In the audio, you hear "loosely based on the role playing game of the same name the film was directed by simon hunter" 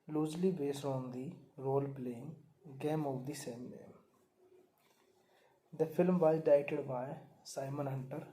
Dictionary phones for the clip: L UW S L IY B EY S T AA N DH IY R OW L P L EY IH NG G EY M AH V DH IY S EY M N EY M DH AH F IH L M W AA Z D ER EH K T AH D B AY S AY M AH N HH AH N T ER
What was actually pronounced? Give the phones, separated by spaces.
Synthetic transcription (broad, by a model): L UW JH L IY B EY S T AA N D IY R OW L P L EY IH NG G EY M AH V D IY S EY M N EY M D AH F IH L M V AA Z D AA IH T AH D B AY S AY M AH N HH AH N T ER